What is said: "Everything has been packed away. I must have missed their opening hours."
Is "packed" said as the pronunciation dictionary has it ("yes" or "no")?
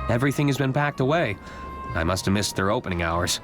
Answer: yes